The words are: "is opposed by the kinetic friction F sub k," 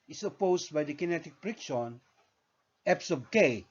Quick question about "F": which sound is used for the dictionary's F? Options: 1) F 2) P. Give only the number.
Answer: 2